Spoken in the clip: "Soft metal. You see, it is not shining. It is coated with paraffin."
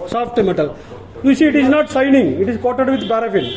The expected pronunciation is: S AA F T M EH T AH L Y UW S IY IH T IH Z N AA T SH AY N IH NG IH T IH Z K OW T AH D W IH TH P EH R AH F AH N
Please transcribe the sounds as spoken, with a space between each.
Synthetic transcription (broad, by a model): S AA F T M EH T AH L Y UW S IY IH T IH Z N AA T S AY N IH NG IH T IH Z K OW T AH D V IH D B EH R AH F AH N